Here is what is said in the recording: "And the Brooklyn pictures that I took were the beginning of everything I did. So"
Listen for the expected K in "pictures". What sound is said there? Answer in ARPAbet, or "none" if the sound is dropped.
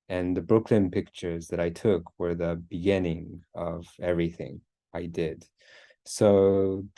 K